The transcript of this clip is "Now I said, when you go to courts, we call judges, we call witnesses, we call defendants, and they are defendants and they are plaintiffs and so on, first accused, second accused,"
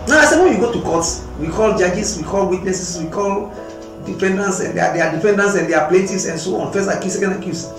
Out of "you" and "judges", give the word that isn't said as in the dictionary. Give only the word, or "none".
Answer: judges